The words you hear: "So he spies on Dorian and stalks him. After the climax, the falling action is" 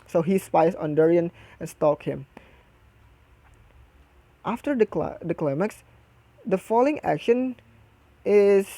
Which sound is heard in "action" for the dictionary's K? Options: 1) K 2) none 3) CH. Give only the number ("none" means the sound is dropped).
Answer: 1